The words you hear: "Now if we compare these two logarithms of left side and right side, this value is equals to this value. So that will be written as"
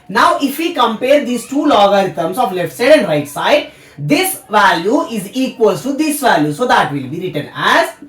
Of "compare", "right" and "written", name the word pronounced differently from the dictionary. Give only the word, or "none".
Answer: none